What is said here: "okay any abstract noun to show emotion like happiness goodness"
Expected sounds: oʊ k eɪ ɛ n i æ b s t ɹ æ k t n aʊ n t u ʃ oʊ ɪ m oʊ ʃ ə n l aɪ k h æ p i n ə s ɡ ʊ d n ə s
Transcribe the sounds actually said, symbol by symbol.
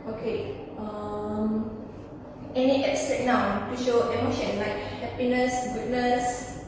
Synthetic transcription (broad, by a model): oʊ k eɪ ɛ n i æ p s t ɛ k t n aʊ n t u ʃ oʊ ɪ m oʊ ʃ ə n l aɪ k h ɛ p i n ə s ɡ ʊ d n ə s